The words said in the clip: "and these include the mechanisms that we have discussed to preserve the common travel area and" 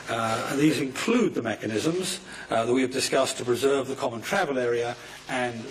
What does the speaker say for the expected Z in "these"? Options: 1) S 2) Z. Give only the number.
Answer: 2